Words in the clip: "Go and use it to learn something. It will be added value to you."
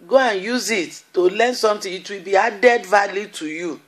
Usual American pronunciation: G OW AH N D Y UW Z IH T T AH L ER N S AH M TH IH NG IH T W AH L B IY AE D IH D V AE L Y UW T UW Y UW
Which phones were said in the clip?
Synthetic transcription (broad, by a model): G OW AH N Y UW Z IH T T AH L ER N S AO M T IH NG IH T W AH L B IY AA D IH D V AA L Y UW T UW Y UW